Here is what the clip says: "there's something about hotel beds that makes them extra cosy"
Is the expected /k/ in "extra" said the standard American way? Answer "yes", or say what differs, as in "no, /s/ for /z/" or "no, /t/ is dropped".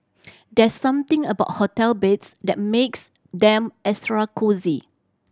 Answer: no, /k/ is dropped